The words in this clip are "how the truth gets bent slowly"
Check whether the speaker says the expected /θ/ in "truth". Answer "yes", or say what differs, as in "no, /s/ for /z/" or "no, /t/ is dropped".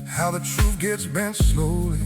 no, /f/ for /θ/